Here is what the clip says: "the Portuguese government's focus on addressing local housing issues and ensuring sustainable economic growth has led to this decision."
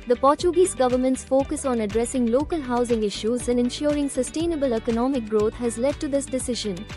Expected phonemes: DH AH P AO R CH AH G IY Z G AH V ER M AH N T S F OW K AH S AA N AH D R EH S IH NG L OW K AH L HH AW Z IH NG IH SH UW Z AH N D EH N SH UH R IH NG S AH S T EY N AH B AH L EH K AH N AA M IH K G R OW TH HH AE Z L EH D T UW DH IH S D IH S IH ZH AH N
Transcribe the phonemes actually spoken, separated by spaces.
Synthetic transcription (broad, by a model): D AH P AO R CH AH G IY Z G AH V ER M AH N T S F OW K AH S AA N AH D R EH S IH NG L OW K AH L HH AW Z IH NG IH SH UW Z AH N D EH N SH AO R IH NG S AH S T EY N AH B AH L EH K AH N AA M IH K G R OW T HH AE Z L EH D T UW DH IH S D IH S IH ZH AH N